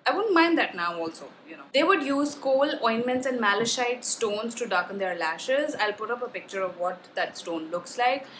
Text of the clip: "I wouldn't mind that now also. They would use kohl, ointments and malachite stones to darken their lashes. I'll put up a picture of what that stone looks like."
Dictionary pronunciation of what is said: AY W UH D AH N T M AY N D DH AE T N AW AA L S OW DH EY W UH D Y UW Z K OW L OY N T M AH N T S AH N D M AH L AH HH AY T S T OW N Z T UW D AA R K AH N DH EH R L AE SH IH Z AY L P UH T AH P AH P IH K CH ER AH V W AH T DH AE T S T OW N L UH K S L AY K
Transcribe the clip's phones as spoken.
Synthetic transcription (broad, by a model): AY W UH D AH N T M AY N D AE T N AW AA L S OW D EY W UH D Y UW Z K OW L OY N M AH N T S AH N D M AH L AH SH AY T S T OW N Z T UW D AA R K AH N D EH R L AE SH IH Z AY L P UH T AH P AH P IH K CH ER AH V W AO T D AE T S T OW N L UH K S L AY K